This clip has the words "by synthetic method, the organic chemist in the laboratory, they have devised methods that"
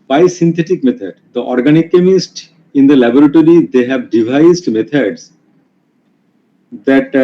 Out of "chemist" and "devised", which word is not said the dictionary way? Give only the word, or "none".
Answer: none